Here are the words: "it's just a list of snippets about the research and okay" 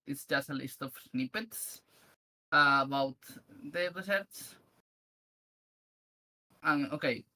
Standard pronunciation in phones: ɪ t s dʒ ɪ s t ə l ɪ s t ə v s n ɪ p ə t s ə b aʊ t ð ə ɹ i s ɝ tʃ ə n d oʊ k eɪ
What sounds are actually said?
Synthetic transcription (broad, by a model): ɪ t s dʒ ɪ s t ə l ɪ s t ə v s n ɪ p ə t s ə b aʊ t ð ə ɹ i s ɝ s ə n oʊ k eɪ